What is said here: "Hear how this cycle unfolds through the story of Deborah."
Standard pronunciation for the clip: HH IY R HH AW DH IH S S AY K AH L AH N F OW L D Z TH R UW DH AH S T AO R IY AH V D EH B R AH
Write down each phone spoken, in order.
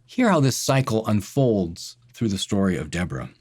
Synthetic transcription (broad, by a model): HH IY R HH AW DH IH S S AY K L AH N F OW L D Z TH R UW DH AH S T AO R IY AH V D EH B R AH